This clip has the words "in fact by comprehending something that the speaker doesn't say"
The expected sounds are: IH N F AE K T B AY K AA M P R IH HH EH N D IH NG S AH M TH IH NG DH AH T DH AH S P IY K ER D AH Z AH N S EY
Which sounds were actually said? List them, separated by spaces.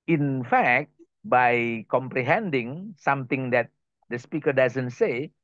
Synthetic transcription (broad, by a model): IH N F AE K T B AY K AA M P R IH HH EH N D IH NG S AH M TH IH NG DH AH T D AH S P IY K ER D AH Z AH N S EY